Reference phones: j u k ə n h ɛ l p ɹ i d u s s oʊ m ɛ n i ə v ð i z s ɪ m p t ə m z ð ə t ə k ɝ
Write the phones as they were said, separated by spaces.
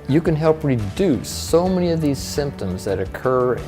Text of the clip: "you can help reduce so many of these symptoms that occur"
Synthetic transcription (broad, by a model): j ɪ k ə n h ɛ l p ɹ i d u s s oʊ m ɛ n i ə v ð i z s ɪ m p t ə m z ð ə t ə k ɝ